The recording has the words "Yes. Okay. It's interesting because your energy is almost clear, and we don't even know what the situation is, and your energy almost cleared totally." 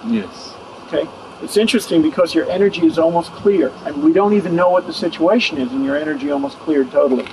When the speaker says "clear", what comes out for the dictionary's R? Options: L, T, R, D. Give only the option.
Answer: R